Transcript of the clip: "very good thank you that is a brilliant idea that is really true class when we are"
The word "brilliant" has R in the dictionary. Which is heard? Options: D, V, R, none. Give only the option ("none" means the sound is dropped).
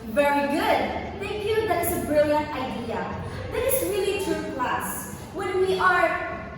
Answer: R